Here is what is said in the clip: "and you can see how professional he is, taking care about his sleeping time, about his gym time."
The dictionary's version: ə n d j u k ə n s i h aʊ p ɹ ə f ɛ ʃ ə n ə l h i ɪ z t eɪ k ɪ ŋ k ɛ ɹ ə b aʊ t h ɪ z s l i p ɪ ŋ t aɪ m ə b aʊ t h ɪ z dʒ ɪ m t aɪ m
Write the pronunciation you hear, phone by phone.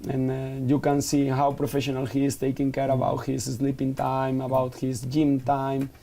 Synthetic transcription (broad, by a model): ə n j u k ə n s i h aʊ p ɹ ə f ɛ ʃ ə n ə l h i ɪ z t eɪ k ɪ ŋ k ɛ ɹ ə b aʊ t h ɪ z s l i p ɪ ŋ t aɪ m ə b aʊ t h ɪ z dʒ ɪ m t aɪ m